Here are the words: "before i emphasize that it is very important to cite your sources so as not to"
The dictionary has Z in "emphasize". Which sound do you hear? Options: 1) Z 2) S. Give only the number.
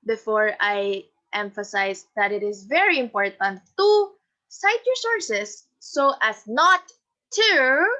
2